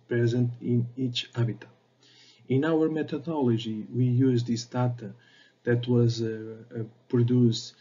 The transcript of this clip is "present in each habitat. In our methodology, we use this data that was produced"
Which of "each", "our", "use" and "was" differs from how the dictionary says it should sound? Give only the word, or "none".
none